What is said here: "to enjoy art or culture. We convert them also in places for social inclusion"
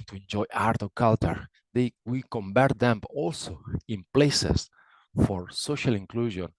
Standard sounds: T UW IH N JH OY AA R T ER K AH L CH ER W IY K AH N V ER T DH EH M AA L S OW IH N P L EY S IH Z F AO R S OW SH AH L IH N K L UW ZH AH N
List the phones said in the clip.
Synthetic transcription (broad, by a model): T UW IH N JH OY AA R T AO K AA L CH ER W IY K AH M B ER T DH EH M AA L S OW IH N P L EY S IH S F AO R S OW SH AH L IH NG K L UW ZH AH N